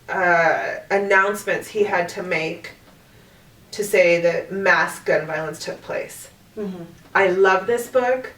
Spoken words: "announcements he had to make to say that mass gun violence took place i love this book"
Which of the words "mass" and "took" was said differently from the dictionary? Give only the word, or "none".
none